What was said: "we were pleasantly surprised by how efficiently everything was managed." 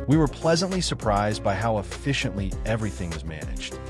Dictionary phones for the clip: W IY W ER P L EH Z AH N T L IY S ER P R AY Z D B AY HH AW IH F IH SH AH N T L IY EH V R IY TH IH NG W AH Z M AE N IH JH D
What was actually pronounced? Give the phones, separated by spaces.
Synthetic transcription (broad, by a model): W IY W ER P L EH Z AH N T L IY S ER P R AY Z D B AY HH AW IH F IH SH AH N T L IY EH V R IY TH IH NG W AH Z M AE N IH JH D